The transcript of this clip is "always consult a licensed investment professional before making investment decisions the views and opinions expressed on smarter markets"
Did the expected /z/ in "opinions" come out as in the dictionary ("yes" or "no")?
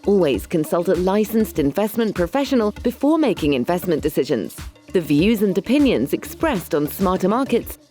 yes